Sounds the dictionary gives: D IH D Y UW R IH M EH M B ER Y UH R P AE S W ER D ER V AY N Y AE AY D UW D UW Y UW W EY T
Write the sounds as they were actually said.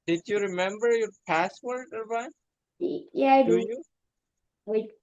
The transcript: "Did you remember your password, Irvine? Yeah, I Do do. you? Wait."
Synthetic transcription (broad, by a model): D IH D Y UW R IH M EH M B ER Y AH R P AE S W ER D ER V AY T Y AE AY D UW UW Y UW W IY